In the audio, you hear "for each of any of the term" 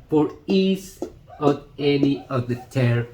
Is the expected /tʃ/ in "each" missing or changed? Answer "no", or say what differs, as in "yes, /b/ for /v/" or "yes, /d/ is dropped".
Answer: yes, /s/ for /tʃ/